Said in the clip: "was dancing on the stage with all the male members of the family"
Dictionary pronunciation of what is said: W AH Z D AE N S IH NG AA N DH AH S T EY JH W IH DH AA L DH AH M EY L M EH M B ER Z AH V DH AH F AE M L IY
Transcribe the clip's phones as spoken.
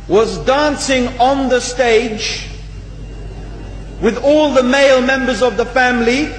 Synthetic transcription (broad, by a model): W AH Z D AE N S IH NG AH N DH AH S T EY JH W IH DH AA L DH AH M EY L M EH M B ER Z AH V DH AH F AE M L IY